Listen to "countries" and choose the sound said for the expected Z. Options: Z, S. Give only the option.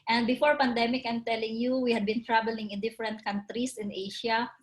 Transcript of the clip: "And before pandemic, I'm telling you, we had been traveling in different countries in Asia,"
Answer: S